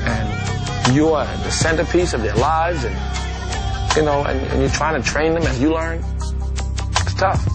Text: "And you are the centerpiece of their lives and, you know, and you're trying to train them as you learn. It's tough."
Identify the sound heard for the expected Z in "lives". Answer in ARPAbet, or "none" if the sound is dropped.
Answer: Z